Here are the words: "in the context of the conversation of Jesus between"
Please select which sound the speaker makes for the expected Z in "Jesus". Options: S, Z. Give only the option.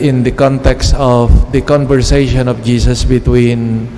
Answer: S